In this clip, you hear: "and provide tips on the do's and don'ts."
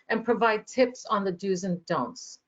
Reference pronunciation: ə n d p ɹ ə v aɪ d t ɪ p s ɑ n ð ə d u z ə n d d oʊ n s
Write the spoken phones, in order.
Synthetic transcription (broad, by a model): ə n p ɹ ə v aɪ d t ɪ p s n ð ə d u z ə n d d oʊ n s